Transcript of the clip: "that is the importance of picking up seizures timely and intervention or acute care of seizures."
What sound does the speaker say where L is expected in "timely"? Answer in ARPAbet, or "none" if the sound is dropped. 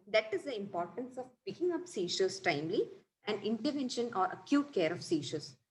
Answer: L